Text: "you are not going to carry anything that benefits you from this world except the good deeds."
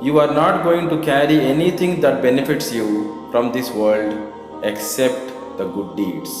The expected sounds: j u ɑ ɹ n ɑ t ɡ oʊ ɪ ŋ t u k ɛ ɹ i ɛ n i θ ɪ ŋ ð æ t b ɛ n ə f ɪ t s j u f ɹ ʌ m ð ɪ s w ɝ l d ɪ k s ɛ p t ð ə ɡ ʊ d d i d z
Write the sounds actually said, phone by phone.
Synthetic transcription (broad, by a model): j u ɑ ɹ n ɑ t ɡ oʊ ɪ ŋ t u k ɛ ɹ i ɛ n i t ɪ ŋ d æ t b ɛ n ə f ɪ t s j u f ɹ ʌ m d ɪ s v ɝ l d ɪ k s ɛ p t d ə ɡ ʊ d d i d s